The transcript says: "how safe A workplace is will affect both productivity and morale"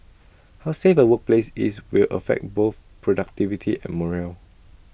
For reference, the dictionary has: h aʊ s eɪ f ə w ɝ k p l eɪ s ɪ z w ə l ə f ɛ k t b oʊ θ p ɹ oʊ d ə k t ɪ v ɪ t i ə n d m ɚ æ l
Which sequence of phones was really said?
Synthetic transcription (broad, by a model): h aʊ s eɪ f ə w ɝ k p l eɪ s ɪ s w ə l ə f ɛ k t b oʊ θ p ɹ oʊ d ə k t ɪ v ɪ t i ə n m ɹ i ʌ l